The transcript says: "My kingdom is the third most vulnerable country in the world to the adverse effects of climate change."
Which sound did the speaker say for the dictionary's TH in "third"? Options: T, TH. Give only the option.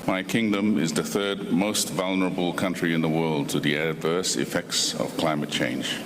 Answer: TH